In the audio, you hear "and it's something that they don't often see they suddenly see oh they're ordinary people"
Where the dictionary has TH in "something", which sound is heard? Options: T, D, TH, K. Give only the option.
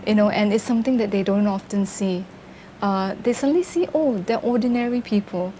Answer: T